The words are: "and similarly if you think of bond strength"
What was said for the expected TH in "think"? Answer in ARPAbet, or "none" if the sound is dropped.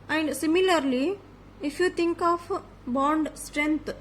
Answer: T